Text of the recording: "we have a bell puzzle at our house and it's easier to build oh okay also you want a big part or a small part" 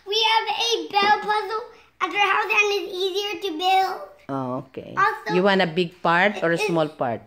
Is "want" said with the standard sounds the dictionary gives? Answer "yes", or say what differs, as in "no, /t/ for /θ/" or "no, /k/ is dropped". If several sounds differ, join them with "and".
no, /t/ is dropped